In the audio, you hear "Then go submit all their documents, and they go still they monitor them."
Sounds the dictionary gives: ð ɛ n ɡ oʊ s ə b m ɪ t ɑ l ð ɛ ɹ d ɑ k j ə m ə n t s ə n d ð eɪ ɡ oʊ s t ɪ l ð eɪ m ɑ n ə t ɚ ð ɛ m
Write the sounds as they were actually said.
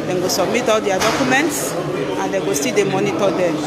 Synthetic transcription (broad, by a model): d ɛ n ɡ oʊ s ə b m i t ɑ l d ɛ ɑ d ɑ k j ə m ə n t s ə n d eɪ ɡ oʊ s t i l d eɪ m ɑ n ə t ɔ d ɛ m